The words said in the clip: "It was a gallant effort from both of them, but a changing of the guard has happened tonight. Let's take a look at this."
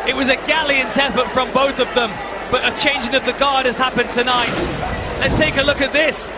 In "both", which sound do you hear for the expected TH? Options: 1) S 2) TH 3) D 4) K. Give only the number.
2